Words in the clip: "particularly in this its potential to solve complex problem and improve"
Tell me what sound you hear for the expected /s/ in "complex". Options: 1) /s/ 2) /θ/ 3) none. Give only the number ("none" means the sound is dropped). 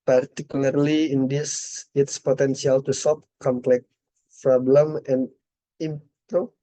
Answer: 3